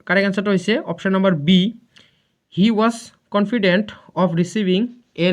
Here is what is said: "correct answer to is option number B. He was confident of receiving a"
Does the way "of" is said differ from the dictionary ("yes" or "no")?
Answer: yes